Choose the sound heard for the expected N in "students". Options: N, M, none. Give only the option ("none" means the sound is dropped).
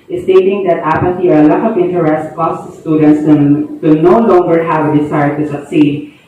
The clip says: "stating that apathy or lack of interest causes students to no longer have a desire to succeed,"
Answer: N